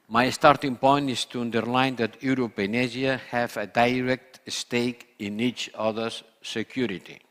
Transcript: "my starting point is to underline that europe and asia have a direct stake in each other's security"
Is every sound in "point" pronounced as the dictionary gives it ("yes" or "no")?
yes